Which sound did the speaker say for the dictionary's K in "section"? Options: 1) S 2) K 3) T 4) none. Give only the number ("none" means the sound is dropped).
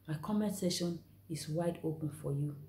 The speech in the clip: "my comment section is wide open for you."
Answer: 4